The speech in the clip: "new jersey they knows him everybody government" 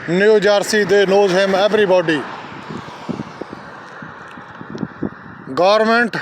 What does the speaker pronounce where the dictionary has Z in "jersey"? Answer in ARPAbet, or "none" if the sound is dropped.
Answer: S